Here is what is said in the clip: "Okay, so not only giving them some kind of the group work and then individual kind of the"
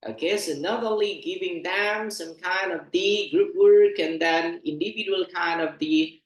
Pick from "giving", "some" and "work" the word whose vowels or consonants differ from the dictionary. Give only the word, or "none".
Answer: none